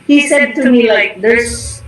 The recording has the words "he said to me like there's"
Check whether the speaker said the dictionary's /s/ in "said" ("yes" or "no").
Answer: yes